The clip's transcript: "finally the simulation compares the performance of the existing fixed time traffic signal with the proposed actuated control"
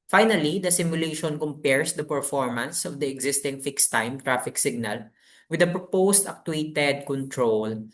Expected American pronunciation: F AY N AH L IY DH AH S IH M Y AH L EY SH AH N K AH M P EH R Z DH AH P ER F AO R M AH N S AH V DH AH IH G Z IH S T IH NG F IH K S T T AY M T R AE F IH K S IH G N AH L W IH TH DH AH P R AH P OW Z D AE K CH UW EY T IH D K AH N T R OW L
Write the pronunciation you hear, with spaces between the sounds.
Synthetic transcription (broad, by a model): F AY N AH L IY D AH S IH M Y AH L EY SH AH N K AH M P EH R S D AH P ER F AO R M AH N S AH V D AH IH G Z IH S T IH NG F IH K S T T AY M T R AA F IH K S IH G N AH L W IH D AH P R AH P OW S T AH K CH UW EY T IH D K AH N T R OW L